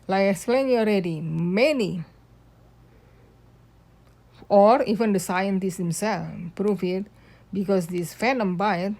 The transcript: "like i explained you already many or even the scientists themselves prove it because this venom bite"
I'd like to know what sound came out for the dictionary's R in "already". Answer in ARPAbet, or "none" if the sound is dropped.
R